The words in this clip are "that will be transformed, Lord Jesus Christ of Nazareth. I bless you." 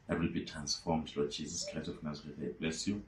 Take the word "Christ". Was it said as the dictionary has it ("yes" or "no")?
no